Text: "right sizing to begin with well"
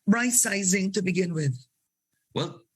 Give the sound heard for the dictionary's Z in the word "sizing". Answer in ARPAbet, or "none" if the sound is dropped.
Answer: Z